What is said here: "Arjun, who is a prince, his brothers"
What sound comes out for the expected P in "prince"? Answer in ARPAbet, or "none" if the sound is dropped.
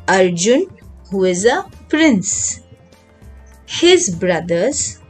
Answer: P